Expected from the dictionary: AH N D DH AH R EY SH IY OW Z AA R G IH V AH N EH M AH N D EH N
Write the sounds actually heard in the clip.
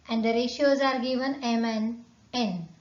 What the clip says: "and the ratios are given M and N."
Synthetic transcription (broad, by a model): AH N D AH R EY SH IY OW Z AA R G IH V AH N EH M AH N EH N